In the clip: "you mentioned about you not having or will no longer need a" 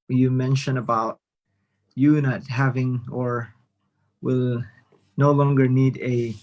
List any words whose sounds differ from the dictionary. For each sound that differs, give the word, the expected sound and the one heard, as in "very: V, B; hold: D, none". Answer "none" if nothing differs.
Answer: mentioned: D, none